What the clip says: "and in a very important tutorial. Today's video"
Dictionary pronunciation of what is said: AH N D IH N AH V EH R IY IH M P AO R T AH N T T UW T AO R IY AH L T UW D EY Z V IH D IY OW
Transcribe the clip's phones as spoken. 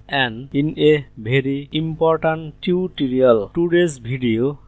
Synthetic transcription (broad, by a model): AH N D IH N AH B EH R IY IH M P AO R T AH N T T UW T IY R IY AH L T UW D EY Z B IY D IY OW